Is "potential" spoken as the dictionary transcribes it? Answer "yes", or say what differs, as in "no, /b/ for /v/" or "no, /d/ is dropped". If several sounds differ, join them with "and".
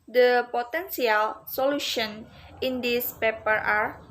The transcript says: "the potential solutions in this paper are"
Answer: no, /s/ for /ʃ/